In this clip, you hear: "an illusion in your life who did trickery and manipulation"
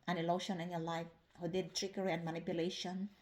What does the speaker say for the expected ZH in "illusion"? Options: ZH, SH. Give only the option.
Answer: SH